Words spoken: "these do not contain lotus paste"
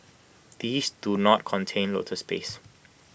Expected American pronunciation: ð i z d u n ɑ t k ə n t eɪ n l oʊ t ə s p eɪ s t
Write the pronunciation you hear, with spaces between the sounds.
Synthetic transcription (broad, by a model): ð i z d u n ɑ t k ə n t eɪ n l oʊ t ə s p eɪ s